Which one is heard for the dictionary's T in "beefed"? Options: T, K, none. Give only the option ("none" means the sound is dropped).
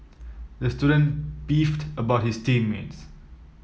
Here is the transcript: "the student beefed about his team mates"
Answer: T